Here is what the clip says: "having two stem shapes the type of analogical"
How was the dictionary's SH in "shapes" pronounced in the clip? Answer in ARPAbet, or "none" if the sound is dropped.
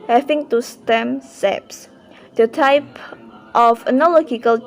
S